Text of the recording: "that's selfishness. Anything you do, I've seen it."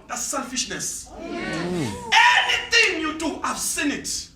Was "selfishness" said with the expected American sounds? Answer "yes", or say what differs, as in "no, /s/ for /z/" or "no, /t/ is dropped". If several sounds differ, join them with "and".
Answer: yes